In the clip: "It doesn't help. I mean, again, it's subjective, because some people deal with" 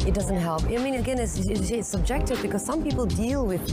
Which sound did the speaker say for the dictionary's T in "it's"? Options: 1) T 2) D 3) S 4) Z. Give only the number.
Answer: 3